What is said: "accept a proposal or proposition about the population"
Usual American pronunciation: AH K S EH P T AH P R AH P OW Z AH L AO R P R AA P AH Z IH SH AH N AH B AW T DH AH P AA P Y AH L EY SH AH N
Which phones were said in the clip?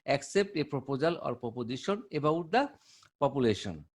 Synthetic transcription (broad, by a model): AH K S EH P T AH P R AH P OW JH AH L AO R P AA P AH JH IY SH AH N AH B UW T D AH P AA P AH L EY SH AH N